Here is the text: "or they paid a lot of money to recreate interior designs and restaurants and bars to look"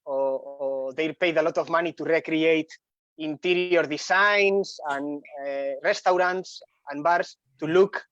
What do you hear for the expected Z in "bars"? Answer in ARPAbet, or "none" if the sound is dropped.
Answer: S